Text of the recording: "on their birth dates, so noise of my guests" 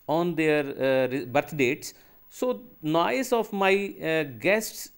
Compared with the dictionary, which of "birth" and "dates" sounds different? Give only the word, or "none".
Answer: birth